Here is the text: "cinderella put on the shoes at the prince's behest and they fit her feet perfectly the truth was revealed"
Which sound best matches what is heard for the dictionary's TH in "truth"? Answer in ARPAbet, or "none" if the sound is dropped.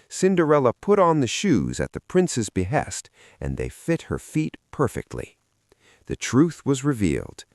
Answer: TH